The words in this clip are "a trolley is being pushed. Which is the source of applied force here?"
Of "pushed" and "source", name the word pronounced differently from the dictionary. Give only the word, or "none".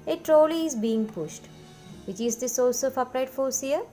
none